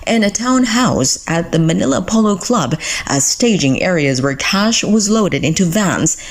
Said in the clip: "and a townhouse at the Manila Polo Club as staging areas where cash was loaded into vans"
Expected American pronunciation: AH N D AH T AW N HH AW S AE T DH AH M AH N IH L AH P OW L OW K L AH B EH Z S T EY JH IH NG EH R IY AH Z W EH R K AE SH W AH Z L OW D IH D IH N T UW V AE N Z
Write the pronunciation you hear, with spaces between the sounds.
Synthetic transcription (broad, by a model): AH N AH T AW N HH AW S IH T DH AH M AH N IH L AH P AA L OW K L AH B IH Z S T EY JH IH NG EH R IY AH Z W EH R K AE SH W AH Z L OW D IH D IH N T UW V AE N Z